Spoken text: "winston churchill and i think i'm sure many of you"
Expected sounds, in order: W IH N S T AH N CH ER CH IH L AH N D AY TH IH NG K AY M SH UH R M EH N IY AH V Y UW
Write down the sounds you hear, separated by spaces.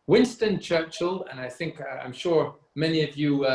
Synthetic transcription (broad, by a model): W IH N S T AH N CH ER CH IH L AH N AY TH IH NG K AY M SH UH R M EH N IY AH V Y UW